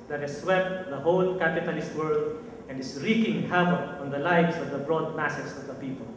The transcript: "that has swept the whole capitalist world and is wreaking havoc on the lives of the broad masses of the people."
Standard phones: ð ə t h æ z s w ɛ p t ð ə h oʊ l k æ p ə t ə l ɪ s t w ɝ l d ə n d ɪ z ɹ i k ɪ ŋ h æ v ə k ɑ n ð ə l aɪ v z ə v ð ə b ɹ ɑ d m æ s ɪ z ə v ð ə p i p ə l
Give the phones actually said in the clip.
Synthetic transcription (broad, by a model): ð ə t h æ s w ɛ p t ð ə h oʊ l k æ p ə t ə l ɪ s t w ɝ l d ə n d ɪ s ɹ i k ɪ ŋ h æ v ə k ɑ n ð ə l aɪ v s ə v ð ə b ɹ ɑ d m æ s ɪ s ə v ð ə p i p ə l